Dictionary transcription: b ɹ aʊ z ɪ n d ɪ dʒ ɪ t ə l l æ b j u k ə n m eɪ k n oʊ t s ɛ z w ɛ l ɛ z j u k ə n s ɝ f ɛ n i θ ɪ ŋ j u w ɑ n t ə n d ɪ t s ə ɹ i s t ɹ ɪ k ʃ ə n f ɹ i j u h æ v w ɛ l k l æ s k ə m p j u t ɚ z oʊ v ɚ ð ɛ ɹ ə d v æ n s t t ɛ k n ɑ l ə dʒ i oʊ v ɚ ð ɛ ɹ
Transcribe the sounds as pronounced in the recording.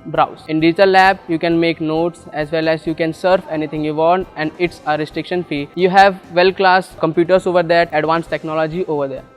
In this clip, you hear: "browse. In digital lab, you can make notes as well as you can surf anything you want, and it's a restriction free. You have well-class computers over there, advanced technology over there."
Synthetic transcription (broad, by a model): b ɹ aʊ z ɪ n d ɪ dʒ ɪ t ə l l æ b j u k ə n m eɪ k n oʊ t s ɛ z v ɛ l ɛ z j u k ə n s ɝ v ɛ n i t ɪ ŋ j u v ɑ n t ə n d ɪ t s ə ɹ i s t ɹ ɪ k ʃ ə n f i j u h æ v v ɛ l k l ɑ s k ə m p j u t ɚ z oʊ v ɚ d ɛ ɹ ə d v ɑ n s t t ɛ k n ɑ l ə dʒ i oʊ v ɚ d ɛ ɹ